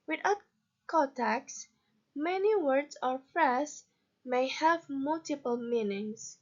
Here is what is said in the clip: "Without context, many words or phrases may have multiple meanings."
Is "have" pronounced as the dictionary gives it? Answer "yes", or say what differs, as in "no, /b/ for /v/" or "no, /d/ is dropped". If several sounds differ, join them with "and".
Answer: yes